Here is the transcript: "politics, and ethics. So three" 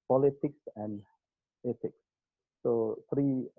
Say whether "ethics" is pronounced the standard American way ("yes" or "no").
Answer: no